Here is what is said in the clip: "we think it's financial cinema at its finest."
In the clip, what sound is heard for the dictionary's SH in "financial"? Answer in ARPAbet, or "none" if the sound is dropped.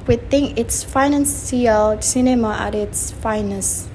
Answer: S